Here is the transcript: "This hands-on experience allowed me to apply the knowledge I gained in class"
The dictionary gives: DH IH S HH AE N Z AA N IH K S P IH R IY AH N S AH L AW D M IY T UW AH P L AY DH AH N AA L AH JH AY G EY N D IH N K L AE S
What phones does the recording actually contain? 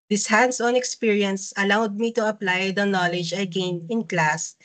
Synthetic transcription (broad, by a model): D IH S HH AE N S AA N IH K S P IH R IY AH N S AH L AW D M IY T UW AH P L AY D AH N AA L AH JH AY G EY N IH N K L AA S